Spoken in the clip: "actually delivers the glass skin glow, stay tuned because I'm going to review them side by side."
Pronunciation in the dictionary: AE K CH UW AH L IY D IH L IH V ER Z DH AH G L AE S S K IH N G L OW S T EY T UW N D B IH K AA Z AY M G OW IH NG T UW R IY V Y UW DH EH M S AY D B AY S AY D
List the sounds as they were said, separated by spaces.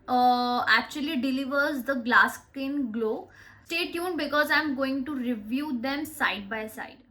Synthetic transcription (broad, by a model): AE K CH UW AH L IY D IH L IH V ER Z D AH G L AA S S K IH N G L OW S T EY T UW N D B IH K AA Z AY M G OW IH NG T UW R IY V Y UW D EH M S AY D B AY S AY D